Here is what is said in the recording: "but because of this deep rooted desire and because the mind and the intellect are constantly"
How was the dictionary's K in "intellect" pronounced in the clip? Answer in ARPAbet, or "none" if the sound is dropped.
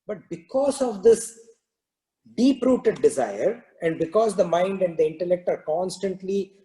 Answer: K